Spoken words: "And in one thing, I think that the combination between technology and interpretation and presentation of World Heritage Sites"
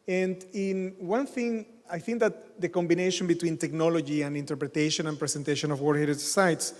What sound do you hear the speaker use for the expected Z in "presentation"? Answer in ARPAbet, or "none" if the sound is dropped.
S